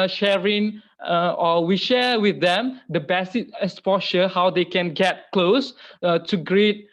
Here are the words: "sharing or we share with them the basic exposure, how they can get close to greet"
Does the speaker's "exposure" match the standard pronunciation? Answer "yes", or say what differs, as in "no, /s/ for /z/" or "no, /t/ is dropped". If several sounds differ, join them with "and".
no, /k/ is dropped and /ʃ/ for /ʒ/